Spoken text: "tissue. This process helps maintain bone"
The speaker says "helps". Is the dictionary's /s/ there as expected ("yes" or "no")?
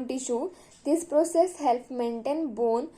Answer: no